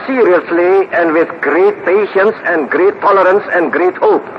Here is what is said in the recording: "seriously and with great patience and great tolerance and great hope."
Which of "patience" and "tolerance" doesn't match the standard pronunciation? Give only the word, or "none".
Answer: none